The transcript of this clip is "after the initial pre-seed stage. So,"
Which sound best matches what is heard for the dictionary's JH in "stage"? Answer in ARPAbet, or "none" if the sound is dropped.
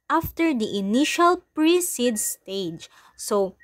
JH